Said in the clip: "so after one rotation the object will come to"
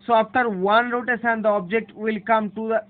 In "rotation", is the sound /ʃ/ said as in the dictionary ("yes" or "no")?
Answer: no